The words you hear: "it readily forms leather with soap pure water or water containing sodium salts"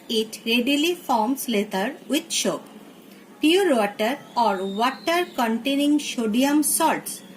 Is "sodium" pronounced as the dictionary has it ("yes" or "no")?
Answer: no